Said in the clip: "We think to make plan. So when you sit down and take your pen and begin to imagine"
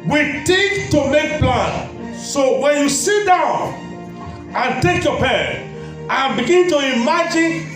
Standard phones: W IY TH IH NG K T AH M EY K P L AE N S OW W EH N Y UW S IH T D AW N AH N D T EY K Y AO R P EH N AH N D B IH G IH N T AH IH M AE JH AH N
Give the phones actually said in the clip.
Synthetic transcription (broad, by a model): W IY T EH K T AH M EY K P L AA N S OW W EH N Y UW S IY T D AW N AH N T EY K Y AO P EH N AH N B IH G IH N T AH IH M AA JH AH N